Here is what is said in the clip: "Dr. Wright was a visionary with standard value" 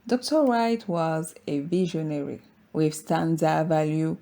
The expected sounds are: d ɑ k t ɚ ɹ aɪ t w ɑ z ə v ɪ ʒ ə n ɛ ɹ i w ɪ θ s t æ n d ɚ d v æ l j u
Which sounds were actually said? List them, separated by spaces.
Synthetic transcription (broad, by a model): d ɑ k t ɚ ɹ aɪ t w ɑ z ə v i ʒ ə n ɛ ɹ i w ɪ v s t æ n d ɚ v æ l j u